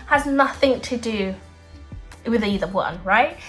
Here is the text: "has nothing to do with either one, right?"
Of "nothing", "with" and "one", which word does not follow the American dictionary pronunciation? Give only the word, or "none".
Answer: none